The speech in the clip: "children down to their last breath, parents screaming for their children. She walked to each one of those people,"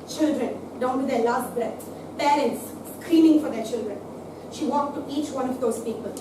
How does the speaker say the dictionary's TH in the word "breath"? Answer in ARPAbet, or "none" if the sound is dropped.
S